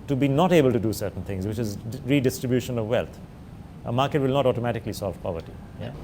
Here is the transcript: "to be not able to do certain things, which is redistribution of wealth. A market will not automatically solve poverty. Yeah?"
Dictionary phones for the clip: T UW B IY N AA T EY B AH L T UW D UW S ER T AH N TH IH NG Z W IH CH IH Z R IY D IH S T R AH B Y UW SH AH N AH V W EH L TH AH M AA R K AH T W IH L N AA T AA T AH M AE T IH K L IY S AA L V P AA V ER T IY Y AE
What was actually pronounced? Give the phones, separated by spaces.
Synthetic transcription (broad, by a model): T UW B IY N AA T EY B AH L T UW D UW S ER T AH N T IH NG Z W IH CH IH Z R IY D IH S T R AH B Y UW SH AH N AH V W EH L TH AH M AA R K AH T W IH L N AA T AA T AH M AE T IH K L IY S AA L V P AA V ER T IY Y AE